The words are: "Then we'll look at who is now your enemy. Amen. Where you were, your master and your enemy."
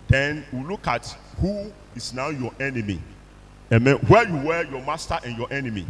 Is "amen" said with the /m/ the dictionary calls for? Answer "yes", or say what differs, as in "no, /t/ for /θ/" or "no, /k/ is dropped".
yes